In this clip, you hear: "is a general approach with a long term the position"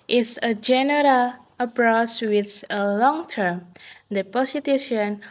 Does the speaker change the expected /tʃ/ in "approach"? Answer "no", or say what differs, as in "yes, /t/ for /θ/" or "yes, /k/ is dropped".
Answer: yes, /s/ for /tʃ/